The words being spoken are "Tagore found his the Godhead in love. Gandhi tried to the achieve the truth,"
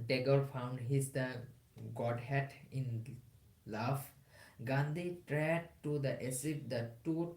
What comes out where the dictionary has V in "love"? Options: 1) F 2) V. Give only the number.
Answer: 1